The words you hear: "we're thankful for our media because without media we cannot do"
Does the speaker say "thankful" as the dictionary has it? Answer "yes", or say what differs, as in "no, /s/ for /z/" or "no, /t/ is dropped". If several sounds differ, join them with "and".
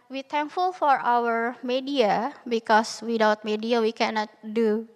no, /t/ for /θ/